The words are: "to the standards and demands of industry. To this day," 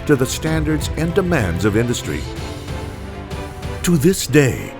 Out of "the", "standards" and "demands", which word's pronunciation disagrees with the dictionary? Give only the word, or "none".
none